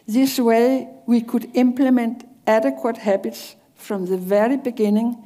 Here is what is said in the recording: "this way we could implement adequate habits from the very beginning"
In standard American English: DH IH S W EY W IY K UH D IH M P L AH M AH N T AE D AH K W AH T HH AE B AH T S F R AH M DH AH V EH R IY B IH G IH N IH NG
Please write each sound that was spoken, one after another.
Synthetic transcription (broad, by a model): DH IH S W EY W IY K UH D IH M P L AH M AH N T AE D AH K W AH T HH AE B AH T S F R AH M DH AH V EH R IY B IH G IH N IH NG